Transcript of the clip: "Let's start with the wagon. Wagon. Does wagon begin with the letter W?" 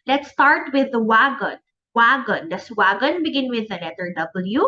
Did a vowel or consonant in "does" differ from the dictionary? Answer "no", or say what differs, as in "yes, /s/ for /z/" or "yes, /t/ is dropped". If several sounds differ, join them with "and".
yes, /s/ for /z/